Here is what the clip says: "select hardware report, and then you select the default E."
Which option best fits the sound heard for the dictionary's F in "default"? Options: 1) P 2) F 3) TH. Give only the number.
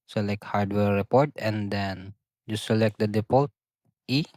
1